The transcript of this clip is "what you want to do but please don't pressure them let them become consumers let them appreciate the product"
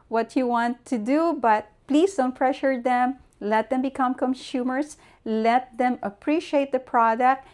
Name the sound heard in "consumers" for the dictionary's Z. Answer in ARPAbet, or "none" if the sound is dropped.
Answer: S